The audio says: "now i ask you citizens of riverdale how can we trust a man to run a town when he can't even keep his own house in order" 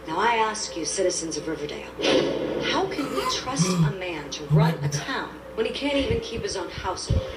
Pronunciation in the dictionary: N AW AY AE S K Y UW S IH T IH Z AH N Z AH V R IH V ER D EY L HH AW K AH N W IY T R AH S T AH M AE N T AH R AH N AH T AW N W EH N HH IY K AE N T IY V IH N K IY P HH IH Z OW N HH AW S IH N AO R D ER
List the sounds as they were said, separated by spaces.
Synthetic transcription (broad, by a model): N AW AY AE S K Y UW S IH T IH Z AH N Z AH V R IH V ER D EY L HH AW K AH N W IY T R AH S T AH M AE N T AH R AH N AH T AW N W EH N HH IY K AE N T IY V IH N K IY P HH IH Z OW N HH AW S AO